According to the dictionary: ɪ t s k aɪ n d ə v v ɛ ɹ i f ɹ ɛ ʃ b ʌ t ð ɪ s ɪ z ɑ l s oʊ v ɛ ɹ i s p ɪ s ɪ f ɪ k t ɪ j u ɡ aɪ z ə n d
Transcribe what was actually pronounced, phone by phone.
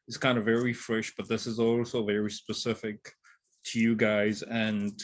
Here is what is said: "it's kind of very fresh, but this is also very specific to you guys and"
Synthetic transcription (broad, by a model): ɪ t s k aɪ n d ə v v ɛ ɹ i f ɹ ɛ ʃ b ʌ t ð ɪ s ɪ z ɑ l s oʊ v ɛ ɹ i s p ɪ s ɪ f ɪ k t ɪ j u ɡ aɪ z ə n